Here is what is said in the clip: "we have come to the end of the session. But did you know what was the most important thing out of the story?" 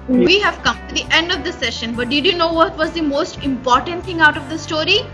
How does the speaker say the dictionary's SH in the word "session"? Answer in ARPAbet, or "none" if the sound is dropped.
SH